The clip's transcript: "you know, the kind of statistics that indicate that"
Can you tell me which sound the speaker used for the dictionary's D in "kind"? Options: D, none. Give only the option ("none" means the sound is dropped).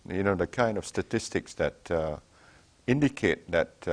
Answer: D